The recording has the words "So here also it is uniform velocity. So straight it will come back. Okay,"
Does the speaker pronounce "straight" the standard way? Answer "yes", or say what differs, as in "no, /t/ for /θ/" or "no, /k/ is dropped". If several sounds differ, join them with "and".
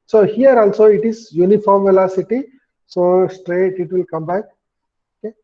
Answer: yes